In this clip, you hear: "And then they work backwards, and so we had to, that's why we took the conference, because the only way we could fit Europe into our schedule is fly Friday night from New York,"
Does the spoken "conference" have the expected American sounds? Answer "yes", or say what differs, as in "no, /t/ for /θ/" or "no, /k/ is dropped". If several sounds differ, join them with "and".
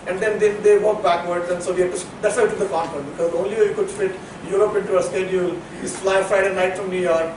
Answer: no, /ɹ/ is dropped and /s/ is dropped